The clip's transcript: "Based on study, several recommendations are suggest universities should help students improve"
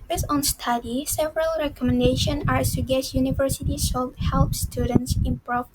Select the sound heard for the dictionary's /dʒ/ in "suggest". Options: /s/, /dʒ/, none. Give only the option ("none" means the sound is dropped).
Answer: none